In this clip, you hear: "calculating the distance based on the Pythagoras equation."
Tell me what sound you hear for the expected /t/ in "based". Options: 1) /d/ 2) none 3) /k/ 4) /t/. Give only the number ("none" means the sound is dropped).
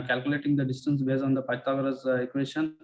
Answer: 2